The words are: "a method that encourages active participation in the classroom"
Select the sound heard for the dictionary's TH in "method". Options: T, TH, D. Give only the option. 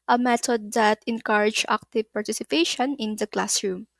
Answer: T